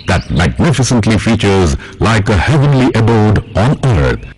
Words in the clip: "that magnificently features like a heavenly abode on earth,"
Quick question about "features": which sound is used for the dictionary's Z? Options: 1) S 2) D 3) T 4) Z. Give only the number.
4